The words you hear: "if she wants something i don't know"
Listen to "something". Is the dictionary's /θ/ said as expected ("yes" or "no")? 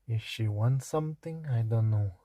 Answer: no